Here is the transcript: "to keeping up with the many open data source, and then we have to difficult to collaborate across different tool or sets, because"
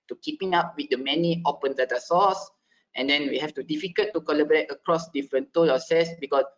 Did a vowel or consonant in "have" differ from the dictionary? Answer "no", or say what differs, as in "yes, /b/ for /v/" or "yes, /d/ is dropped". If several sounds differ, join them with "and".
yes, /f/ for /v/